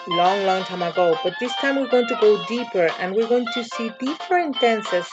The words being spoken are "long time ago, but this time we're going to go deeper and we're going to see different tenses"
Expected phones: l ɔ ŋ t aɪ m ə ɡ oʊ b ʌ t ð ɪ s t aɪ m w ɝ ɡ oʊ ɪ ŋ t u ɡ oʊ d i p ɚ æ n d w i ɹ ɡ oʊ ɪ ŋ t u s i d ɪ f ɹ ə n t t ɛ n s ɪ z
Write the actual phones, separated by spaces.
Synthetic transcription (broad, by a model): l ɔ ŋ t aɪ m ə ɡ oʊ b ʌ t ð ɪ s t aɪ m w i ɡ oʊ ɪ ŋ t u ɡ oʊ d i p ɚ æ n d w i ɹ ɡ oʊ ɪ ŋ t u s i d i p ɹ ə n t t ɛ n s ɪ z